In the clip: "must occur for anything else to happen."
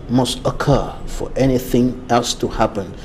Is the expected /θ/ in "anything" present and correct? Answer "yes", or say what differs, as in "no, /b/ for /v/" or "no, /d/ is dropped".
yes